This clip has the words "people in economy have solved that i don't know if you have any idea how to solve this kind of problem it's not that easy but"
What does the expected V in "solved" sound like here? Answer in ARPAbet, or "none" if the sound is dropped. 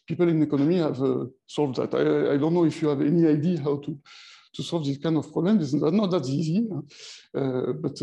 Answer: V